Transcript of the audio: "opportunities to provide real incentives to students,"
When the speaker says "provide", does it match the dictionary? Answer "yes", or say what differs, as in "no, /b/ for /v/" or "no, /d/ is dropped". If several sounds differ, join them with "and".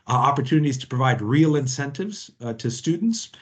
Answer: yes